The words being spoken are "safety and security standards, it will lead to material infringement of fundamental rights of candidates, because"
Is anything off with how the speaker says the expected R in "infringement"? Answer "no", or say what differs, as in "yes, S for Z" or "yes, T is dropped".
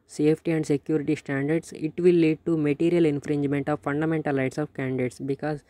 no